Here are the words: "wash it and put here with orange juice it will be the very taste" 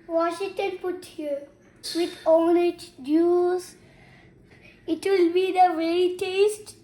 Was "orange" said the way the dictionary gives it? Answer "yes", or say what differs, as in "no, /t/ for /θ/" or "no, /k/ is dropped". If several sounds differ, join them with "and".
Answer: no, /l/ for /ɹ/